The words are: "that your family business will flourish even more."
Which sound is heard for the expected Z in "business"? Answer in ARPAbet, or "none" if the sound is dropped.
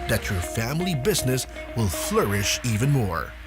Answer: Z